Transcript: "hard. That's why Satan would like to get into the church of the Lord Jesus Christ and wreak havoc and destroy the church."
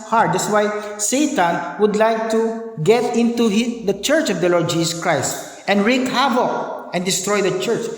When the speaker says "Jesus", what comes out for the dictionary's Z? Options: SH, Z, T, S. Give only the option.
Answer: S